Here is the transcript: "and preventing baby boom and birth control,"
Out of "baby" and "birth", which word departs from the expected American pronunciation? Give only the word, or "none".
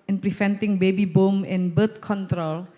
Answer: birth